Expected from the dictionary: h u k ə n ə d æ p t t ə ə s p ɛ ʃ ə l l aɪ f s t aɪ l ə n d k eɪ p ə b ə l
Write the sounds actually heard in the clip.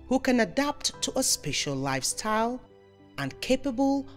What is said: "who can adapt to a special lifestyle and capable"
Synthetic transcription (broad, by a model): h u k ə n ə d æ p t t ə ə s p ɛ ʃ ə l l aɪ f s t aɪ l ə n k eɪ p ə b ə l